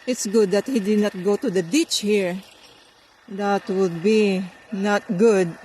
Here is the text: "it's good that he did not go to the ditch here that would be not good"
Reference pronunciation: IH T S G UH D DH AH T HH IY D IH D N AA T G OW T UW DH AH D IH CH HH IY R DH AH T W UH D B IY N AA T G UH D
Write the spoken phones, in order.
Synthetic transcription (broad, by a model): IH T S G UH D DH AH T HH IY D IH D N AA T G OW T UW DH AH D IH CH HH IY R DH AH T W UH D B IY N AA T G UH D